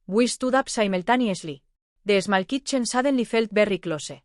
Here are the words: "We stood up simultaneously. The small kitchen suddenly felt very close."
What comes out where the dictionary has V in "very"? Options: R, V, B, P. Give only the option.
B